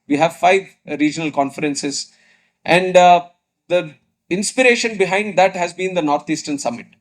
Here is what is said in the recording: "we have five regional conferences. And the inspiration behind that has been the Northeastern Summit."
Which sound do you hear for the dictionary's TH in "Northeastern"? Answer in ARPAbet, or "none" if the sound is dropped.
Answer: T